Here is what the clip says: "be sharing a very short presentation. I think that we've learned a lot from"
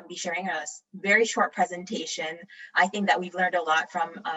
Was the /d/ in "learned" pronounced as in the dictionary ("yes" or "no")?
yes